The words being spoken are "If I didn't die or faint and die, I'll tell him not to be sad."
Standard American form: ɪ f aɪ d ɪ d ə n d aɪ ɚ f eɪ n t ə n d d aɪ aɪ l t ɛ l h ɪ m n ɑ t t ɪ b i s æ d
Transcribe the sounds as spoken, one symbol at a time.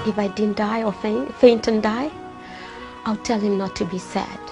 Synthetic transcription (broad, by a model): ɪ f aɪ d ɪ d n d aɪ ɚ f eɪ n t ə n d d aɪ aɪ l t ɛ l h ɪ m n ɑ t t ɪ b i s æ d